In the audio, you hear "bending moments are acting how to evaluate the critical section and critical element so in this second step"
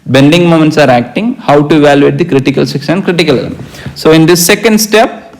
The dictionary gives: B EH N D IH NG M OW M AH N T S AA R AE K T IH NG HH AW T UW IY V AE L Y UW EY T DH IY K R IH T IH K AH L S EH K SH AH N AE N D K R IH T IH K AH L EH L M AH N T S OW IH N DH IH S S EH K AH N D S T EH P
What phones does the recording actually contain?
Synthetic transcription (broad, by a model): B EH N D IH NG M OW M AH N T S AA R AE K T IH NG HH AW T UW IY V AE L Y UW EY T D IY K R IH T IH K AH L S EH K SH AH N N K R IH T IH K AH L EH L AH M S OW IH N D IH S S EH K AH N D S T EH P